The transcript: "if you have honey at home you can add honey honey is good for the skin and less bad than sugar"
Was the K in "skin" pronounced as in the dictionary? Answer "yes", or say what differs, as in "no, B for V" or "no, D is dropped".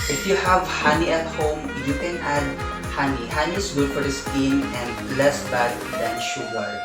no, K is dropped